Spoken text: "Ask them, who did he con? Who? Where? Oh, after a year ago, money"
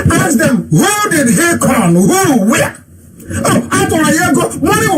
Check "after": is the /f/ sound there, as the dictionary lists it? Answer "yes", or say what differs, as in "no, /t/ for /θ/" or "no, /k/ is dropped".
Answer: no, /f/ is dropped